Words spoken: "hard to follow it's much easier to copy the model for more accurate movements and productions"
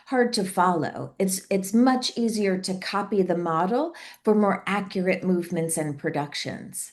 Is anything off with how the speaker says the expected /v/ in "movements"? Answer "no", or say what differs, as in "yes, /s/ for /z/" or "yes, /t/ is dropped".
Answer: no